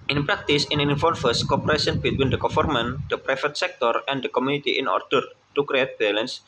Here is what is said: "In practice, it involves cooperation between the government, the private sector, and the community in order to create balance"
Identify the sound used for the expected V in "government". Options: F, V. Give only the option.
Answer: F